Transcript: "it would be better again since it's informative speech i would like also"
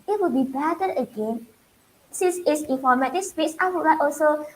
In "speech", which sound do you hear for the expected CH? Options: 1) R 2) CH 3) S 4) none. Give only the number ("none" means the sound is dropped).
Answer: 3